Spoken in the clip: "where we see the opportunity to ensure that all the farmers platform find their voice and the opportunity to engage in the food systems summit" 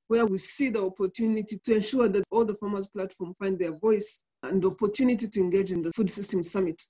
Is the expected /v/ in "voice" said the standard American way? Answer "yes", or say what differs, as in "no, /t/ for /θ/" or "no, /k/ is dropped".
yes